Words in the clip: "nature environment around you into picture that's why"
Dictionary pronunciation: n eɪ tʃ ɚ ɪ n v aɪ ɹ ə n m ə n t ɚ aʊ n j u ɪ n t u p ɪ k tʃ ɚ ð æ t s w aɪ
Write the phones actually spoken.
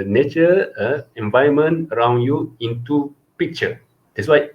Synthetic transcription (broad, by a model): n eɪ tʃ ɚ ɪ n v aɪ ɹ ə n m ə n ɚ aʊ n j u ɪ n t u p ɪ k tʃ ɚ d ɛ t s w aɪ